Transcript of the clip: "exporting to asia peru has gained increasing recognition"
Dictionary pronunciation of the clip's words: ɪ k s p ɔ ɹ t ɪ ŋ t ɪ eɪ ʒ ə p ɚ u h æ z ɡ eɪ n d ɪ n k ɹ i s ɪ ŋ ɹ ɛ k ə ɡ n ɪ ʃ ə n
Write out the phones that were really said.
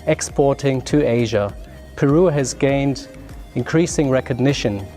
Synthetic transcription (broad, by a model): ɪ k s p ɔ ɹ t ɪ ŋ t ɪ eɪ ʒ ə p ɚ u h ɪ z ɡ eɪ n d ɪ n k ɹ i s ɪ ŋ ɹ ɛ k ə ɡ n ɪ ʃ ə n